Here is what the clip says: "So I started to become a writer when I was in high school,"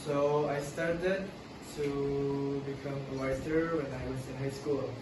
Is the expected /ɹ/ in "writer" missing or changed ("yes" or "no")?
yes